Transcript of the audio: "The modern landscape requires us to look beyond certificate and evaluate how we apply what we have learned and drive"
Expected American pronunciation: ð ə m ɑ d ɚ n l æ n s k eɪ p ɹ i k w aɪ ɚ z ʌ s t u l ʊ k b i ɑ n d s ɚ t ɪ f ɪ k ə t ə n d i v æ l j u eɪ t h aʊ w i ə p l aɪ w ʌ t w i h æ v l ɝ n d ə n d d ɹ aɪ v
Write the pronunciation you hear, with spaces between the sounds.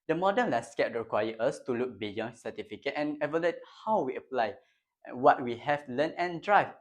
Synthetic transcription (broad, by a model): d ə m ɑ d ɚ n l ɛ s k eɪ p ɹ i k w aɪ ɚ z ʌ s t u l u k b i ɑ n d s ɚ t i f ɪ k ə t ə n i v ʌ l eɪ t h aʊ w i ə p l aɪ w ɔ t w i h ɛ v l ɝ n ə n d d ɹ aɪ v